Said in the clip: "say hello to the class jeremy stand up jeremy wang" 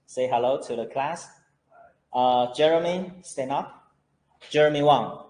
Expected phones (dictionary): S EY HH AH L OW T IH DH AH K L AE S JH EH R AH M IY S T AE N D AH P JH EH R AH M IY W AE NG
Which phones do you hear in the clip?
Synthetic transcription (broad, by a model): S EY HH AH L OW T IH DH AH K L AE S JH EH R AH M IY S T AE N AH P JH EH R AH M IY W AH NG